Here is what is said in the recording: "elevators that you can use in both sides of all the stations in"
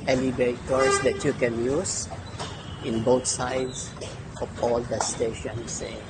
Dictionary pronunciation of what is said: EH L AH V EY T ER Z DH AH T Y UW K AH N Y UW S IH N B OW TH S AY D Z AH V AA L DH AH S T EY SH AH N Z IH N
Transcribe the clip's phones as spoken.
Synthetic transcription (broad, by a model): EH L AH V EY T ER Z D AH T Y UW K AH N Y UW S IH N B OW T S AY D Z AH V AA L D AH S T EY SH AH N S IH